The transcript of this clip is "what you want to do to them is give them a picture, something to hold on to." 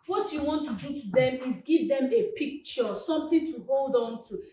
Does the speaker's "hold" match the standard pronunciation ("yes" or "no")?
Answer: yes